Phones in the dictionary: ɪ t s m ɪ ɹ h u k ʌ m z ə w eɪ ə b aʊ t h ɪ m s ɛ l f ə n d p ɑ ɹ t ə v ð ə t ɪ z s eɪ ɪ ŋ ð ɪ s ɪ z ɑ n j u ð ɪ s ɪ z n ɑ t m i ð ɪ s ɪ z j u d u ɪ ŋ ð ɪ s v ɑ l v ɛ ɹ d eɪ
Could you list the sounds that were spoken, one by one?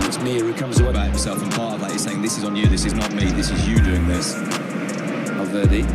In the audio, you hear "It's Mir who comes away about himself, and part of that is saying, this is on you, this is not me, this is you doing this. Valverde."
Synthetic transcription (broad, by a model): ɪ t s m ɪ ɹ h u k ʌ m z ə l ə b aʊ t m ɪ s ɛ l f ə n p ɑ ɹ t ə v ð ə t ɪ z s eɪ ɪ ŋ ð ɪ s ɪ z n j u ð ɪ s ɪ z n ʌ t m i ð ɪ s ɪ z j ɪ d u ɪ ŋ ð ɪ s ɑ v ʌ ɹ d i